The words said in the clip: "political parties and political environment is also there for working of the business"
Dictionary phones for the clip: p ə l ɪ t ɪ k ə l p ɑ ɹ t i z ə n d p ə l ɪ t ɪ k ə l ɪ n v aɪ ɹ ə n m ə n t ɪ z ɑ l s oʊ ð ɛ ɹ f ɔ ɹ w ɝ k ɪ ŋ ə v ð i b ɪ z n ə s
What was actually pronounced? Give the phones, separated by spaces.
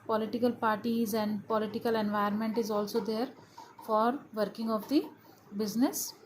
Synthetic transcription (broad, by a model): p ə l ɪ t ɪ k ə l p ɑ ɹ t i z ə n d p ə l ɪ t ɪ k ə l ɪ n v aɪ ə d m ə n t ɪ z ɑ l s oʊ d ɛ ɹ f ɔ ɹ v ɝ k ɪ ŋ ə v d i b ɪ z n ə s